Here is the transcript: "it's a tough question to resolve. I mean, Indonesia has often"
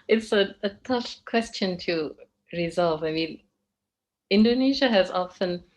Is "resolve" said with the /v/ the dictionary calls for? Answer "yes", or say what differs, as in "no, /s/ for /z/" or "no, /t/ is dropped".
yes